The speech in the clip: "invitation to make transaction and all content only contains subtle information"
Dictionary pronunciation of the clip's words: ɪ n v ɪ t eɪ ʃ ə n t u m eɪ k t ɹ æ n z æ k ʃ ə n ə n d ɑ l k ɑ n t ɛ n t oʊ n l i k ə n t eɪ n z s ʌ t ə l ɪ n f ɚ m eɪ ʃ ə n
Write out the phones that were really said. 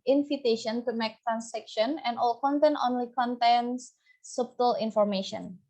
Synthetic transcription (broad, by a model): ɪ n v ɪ t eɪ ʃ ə n t u m eɪ k t ɹ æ n s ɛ k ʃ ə n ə n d ɑ l k ɑ n t ɛ n t oʊ n l i k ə n t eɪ n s s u t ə l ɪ n f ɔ m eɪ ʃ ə n